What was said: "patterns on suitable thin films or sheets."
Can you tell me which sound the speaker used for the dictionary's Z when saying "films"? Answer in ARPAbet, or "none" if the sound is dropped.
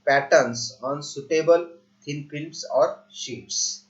S